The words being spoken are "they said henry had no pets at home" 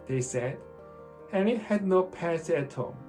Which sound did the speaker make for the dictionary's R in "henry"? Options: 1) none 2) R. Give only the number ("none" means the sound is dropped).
1